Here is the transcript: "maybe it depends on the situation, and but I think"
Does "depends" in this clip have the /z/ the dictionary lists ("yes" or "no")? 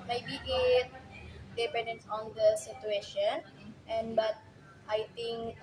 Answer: no